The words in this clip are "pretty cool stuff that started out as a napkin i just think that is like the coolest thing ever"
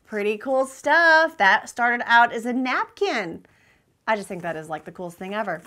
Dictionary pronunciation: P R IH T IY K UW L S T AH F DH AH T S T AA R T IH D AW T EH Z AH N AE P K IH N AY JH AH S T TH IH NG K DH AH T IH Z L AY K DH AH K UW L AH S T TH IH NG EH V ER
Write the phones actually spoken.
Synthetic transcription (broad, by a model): P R IH T IY K UW L S T AH F DH AH T S T AA R T IH D AW T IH Z AH N AE P K IH N AY JH AH S T TH IH NG K DH AH T IH Z L AY K DH AH K UW L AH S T TH IH NG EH V ER